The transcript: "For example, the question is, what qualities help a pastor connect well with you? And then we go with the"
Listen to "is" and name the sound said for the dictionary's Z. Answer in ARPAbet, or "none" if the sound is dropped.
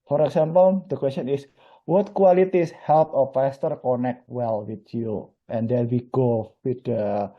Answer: S